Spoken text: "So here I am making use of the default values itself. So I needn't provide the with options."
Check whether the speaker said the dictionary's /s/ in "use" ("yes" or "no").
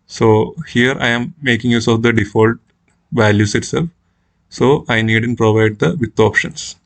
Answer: yes